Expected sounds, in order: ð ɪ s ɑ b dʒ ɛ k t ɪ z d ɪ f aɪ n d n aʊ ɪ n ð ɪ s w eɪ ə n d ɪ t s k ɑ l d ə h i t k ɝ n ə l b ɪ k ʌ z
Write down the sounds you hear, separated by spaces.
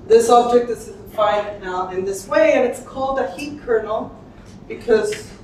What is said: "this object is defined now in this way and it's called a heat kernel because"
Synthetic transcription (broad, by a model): ð ɪ s ɑ b dʒ ɛ k t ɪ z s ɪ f aɪ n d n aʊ ɪ n ð ɪ s w eɪ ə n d ɪ t s k ɑ l d ə h i t k ɝ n l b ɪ k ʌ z